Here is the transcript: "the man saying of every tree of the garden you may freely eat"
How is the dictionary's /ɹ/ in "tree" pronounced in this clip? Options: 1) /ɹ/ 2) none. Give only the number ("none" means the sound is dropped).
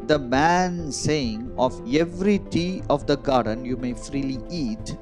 2